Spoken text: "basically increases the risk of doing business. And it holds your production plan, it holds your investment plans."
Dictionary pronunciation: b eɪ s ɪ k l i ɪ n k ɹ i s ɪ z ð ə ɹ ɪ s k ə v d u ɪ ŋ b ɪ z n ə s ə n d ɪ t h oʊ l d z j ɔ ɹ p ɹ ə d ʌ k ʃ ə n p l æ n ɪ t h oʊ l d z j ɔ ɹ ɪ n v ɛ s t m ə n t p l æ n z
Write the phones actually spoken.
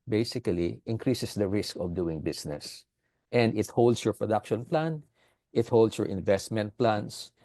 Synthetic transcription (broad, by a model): b eɪ s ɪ k l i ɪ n k ɹ i s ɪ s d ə ɹ ɪ s k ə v d u ɪ ŋ b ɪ s n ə s ə n d ɪ t h oʊ l d s j ɔ ɹ p ɹ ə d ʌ k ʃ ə n p l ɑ n ɪ t h oʊ l d s j ɔ ɹ ɪ n v ɛ s t m ə n t p l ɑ n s